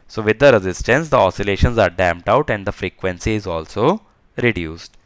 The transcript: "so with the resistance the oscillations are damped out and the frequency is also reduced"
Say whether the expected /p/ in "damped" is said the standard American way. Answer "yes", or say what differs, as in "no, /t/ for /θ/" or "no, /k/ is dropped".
yes